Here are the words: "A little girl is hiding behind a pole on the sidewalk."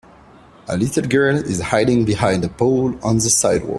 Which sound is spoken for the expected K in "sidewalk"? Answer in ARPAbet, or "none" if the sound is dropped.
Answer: none